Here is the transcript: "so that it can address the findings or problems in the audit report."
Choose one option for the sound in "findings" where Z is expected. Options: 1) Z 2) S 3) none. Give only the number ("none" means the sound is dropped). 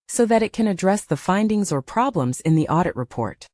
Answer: 1